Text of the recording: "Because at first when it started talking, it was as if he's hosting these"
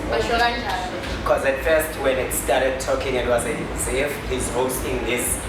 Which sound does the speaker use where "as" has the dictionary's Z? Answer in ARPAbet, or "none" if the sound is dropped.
S